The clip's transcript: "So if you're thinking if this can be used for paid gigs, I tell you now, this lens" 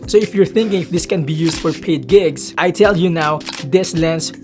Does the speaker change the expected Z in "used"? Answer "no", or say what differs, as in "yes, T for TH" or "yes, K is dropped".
yes, S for Z